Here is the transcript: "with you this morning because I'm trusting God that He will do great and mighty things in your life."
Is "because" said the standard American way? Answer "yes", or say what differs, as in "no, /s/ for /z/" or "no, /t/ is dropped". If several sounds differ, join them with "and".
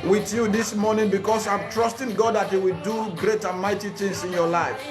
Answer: no, /s/ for /z/